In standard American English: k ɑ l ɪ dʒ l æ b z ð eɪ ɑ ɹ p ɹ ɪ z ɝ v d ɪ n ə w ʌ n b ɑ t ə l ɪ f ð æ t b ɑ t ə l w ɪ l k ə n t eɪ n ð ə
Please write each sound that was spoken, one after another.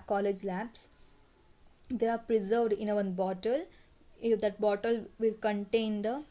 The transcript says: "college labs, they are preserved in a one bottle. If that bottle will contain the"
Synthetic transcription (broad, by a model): k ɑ l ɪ dʒ l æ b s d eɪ ɑ ɹ p ɹ ɪ z ɝ v d ɪ n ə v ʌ n b ɑ t ə l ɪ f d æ t b ɑ t ə l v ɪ l k ə n t eɪ n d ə